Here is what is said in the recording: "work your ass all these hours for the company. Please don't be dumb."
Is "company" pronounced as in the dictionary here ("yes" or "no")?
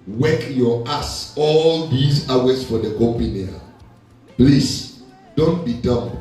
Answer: no